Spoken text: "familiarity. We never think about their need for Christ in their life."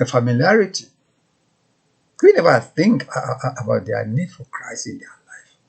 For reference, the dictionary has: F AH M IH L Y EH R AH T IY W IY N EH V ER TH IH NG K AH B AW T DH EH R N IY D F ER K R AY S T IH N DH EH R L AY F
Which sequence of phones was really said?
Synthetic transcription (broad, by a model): F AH M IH L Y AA R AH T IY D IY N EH V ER TH IH NG K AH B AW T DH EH N IY D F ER K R AY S IH N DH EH L AY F